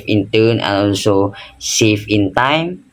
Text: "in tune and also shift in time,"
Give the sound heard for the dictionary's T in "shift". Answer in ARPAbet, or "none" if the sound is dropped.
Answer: none